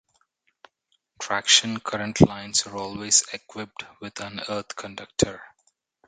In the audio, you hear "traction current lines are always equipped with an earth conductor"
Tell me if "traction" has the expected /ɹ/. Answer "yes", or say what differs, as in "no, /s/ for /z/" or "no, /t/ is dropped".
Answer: yes